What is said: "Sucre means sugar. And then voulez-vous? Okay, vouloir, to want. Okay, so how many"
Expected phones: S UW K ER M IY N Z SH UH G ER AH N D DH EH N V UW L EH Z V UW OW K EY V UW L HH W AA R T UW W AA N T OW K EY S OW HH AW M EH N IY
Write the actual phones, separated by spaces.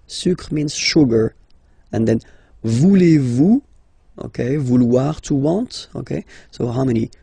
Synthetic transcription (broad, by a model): S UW K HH M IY N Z SH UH G ER AH N D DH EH N V UW L EH V UW OW K EY V UW L W AA R T UW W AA T OW K EY S OW HH AW M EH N IY